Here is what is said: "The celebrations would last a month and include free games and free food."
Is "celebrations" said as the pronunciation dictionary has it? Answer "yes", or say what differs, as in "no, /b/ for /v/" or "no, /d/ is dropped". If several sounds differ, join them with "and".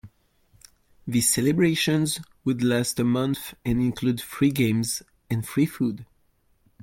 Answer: yes